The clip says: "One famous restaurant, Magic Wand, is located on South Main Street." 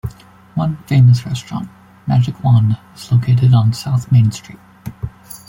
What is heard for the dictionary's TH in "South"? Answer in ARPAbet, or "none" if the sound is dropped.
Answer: TH